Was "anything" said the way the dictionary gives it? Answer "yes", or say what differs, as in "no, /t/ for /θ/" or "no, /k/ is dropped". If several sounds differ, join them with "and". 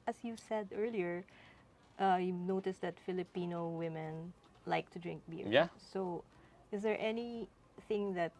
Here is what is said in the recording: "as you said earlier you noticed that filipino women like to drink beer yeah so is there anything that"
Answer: yes